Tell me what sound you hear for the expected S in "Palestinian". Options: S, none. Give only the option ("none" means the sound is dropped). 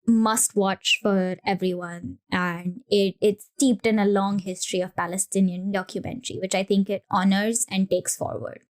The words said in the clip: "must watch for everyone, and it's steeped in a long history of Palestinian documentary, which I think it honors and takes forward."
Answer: S